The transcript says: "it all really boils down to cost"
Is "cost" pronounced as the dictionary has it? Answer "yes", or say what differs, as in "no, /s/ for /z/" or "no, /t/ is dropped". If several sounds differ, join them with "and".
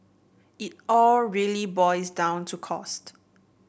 yes